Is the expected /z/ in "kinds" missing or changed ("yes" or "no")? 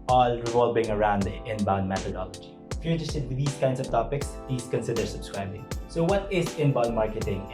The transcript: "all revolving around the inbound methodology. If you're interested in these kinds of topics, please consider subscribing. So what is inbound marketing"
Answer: yes